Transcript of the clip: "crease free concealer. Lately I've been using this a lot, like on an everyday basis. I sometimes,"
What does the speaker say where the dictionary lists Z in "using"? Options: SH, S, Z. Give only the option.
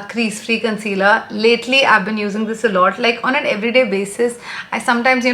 Z